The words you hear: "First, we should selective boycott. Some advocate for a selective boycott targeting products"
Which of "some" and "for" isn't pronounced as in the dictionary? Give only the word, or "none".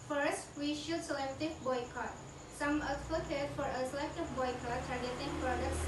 none